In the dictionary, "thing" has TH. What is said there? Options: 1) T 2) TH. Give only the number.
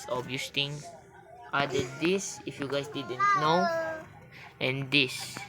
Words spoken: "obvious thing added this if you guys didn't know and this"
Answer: 1